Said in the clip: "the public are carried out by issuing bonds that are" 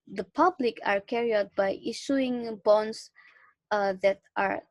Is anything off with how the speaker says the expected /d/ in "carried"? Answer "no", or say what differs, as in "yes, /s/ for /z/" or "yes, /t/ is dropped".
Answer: yes, /d/ is dropped